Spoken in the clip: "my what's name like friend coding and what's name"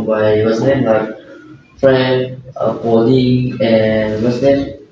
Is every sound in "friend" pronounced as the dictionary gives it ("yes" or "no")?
no